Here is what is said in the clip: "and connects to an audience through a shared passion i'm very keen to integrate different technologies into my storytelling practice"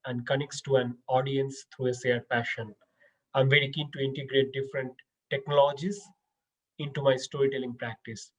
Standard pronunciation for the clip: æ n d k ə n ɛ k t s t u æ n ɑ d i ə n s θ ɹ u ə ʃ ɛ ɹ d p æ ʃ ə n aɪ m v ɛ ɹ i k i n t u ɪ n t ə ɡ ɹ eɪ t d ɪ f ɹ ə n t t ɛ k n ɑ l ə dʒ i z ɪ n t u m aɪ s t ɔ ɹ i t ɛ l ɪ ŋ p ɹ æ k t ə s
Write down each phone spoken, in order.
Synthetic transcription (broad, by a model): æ n d k ə n ɛ k t s t u æ n ɑ d i ə n s t ɹ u ə s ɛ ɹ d p æ ʃ ə n aɪ m v ɛ ɹ i k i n t u ɪ n t ə ɡ ɹ eɪ t d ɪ f ɹ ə n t t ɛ k n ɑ l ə dʒ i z ɪ n t u m aɪ s t ɔ ɹ i t ɛ l ɪ ŋ p ɹ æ k t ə s